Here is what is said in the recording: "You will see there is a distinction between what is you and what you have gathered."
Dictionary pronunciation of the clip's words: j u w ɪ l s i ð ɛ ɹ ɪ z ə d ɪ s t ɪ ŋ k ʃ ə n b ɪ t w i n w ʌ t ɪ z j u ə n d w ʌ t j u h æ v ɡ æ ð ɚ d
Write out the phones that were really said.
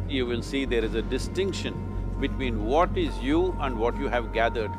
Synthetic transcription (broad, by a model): j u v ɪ l s i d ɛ ɹ ɪ z ə d ɪ s t ɪ ŋ k ʃ ə n b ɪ t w i n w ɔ t ɪ z j u ə n d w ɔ t j u h æ v ɡ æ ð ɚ d